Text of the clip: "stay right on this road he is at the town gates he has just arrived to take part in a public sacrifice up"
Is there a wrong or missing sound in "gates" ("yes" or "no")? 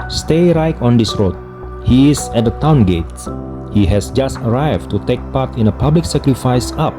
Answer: yes